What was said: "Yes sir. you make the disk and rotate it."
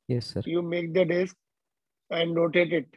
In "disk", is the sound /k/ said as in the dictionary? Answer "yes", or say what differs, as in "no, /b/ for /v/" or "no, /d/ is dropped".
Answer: yes